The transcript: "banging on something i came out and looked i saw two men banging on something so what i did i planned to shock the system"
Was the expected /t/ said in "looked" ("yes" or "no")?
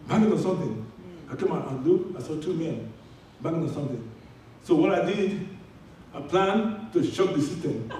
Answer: no